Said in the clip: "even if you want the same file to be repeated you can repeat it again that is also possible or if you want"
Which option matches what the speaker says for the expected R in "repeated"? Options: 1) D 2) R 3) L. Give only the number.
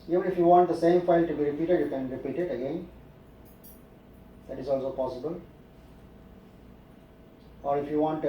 2